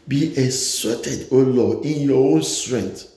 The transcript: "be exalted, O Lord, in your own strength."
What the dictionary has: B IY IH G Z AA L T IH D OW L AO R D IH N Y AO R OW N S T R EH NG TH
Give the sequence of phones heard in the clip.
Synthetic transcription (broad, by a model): B IY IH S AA T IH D OW L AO IH N Y AO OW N S T R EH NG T